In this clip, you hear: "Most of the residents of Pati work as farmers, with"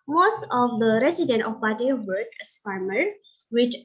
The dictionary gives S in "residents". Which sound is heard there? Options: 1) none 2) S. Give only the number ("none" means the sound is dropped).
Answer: 1